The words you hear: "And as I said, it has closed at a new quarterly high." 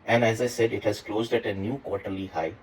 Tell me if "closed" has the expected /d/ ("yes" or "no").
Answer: yes